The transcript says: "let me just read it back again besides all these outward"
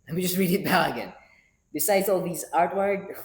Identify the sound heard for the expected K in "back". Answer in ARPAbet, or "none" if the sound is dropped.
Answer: none